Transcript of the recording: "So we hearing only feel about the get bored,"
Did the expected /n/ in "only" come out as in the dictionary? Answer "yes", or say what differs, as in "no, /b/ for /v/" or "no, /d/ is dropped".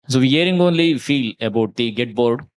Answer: yes